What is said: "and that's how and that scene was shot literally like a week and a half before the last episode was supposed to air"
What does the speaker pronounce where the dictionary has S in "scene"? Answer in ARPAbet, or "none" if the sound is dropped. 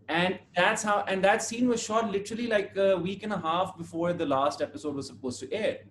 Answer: S